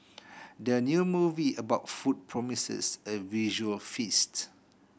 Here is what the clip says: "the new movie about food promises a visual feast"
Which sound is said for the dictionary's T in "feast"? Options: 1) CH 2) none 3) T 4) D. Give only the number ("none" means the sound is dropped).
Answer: 3